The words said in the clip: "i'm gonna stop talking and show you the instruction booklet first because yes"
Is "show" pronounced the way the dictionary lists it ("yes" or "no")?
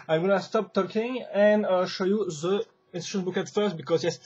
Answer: yes